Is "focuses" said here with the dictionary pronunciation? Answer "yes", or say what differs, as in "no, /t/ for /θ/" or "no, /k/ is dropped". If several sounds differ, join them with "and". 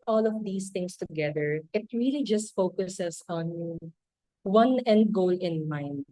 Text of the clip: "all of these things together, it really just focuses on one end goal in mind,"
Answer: no, /s/ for /z/